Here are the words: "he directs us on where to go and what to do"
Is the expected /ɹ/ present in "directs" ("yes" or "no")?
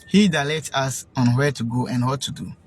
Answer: no